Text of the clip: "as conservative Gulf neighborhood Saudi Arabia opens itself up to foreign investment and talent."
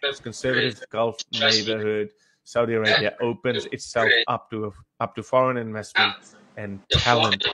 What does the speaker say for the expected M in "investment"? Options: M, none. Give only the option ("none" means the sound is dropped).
none